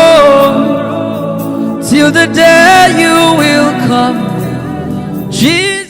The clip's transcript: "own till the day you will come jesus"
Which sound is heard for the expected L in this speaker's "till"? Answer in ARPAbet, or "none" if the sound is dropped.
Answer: L